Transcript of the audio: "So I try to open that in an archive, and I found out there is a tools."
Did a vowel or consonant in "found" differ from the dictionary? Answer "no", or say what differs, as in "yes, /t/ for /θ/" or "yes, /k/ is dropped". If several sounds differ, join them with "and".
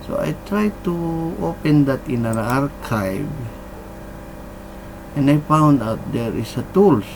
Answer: no